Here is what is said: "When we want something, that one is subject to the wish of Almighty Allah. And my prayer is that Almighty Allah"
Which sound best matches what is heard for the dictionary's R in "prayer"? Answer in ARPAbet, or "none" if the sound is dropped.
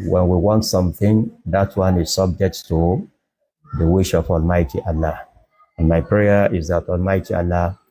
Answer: R